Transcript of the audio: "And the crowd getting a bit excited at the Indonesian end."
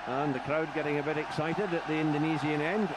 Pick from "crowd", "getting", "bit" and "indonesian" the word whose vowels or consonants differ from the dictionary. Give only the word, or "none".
indonesian